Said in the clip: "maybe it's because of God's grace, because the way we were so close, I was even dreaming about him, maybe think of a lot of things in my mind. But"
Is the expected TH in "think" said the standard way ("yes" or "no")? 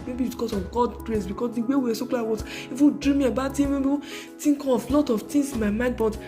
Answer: no